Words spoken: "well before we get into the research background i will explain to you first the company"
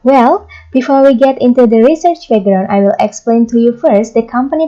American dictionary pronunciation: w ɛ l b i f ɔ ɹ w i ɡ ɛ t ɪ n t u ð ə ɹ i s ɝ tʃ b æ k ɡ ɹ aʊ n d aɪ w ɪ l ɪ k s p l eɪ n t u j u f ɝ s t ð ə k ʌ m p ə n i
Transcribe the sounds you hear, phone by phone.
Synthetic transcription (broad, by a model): w ɛ l b i f ɔ ɹ w i ɡ ɛ t ɪ n t u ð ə ɹ i s ɝ tʃ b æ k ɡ ɹ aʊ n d aɪ w ɪ l ɪ k s p l eɪ n t u j u f ɝ s t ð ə k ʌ m p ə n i